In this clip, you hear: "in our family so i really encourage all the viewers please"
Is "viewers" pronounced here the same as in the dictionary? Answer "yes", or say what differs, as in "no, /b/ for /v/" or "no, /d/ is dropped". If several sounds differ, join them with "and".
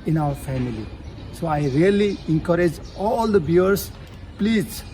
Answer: no, /b/ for /v/